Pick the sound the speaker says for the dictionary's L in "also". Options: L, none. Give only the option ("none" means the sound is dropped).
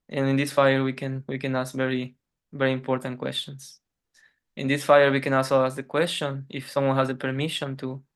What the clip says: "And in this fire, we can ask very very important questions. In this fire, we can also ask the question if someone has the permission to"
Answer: none